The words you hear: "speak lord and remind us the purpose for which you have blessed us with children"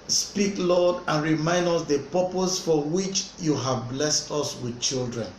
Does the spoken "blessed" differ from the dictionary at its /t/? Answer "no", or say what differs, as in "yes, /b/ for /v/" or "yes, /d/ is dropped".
no